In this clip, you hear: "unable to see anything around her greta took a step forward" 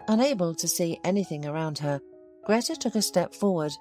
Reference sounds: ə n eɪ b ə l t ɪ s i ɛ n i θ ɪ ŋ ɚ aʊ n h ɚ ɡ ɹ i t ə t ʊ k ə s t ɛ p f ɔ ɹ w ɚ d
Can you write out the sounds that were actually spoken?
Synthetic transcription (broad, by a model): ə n eɪ b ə l t ɪ s i ɛ n i θ ɪ ŋ ɚ aʊ n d ɚ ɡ ɹ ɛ t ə t ʊ k ə s t ɛ p f ɔ ɹ w ɚ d